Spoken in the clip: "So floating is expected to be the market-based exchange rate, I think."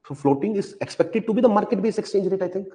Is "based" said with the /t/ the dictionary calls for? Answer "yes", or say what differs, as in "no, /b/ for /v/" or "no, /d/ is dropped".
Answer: no, /t/ is dropped